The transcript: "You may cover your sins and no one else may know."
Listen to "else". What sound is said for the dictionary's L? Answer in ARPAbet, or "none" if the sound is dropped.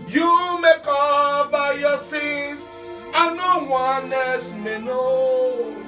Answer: none